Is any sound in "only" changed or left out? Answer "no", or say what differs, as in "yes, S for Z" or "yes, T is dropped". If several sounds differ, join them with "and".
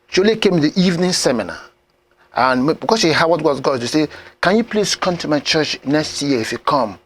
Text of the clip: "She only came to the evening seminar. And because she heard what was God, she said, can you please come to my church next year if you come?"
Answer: yes, N is dropped